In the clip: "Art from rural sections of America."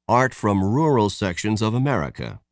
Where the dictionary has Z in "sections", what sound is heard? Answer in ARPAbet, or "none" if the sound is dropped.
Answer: Z